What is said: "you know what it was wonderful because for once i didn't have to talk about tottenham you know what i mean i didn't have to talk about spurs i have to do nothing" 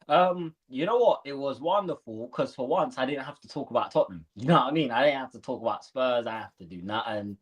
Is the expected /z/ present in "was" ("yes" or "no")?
yes